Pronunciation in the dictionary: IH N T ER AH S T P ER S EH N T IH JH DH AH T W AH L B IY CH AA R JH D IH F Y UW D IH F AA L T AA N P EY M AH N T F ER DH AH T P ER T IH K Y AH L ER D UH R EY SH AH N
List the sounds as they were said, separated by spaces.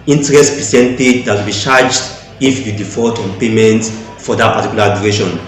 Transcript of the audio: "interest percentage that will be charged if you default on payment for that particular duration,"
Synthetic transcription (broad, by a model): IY N T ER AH S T P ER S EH N T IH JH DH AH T W AH L B IY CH AA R JH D IH F Y UW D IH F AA T AA N P EY M AH N T F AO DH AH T P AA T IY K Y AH L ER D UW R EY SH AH N